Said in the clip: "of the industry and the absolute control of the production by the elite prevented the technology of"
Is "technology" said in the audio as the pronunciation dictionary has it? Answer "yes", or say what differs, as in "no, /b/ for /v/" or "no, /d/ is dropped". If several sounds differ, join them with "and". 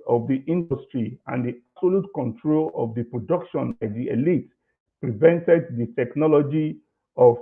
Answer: yes